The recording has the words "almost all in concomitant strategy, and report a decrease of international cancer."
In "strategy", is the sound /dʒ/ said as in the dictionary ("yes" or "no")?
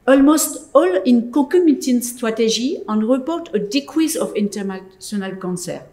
no